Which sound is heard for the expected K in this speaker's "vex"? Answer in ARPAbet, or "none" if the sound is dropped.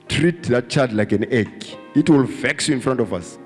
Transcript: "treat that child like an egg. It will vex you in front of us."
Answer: K